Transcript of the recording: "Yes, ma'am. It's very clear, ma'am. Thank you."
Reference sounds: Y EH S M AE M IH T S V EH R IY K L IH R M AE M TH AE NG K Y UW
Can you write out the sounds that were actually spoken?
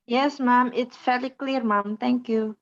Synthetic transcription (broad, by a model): Y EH S M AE M IH T S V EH L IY K L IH R M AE M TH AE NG K Y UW